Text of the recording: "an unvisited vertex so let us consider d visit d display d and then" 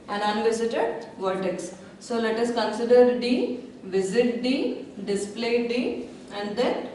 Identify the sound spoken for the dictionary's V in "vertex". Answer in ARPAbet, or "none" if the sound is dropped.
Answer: V